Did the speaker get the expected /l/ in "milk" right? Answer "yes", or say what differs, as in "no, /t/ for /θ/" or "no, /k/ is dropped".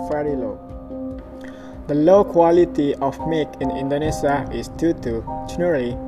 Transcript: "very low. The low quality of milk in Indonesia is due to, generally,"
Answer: no, /l/ is dropped